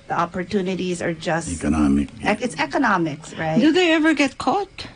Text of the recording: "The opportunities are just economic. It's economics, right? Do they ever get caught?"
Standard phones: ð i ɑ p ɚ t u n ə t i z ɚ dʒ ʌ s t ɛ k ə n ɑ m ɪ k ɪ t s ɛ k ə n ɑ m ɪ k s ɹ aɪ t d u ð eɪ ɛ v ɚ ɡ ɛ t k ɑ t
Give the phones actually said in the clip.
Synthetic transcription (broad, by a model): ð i ɑ p ɚ t u n ə t i z ɚ dʒ ʌ s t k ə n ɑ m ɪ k ɪ t s ɛ k ə n ɑ m ɪ k s ɹ aɪ t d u ð eɪ ɛ v ɚ ɡ ɛ t k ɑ t